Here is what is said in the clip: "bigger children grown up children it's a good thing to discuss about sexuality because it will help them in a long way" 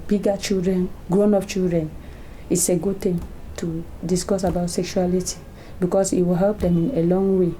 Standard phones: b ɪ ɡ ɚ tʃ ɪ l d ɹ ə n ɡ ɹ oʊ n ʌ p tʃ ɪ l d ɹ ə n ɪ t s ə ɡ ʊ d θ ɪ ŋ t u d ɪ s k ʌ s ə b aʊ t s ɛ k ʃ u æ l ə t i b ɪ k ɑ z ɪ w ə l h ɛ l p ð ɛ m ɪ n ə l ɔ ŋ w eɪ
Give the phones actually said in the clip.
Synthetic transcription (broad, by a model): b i ɡ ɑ tʃ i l d ɹ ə n ɡ ɹ oʊ n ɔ f tʃ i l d ɹ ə n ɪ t s ə ɡ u d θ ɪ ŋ t u d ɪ s k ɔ s ə b aʊ t s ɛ k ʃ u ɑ l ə t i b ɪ k ɑ s ɪ w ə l h ɛ l p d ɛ m ɪ n ə l ɔ ŋ w eɪ